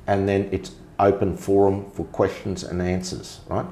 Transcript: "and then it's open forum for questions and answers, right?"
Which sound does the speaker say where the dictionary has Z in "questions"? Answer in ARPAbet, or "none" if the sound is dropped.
Z